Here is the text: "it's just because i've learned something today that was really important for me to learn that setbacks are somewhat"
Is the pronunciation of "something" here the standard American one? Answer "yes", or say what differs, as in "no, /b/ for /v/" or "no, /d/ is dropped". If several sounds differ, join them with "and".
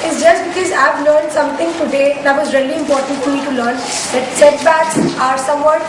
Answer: no, /t/ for /θ/